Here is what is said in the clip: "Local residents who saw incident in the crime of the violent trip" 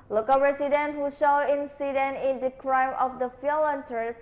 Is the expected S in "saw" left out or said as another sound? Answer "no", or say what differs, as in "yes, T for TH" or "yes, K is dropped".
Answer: yes, SH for S